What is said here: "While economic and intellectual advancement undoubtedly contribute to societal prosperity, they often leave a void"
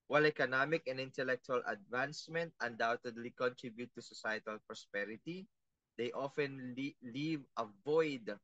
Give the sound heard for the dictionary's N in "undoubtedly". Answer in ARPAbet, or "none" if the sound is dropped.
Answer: N